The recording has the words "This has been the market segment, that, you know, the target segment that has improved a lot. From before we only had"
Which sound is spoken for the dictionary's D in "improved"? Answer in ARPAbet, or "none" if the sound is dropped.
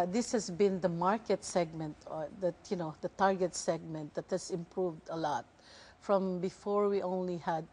D